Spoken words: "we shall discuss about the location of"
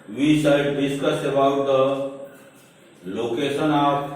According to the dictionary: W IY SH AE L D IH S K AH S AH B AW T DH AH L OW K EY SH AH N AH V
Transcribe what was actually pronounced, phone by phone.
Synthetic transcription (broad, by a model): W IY S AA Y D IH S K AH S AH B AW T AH L OW K EY S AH N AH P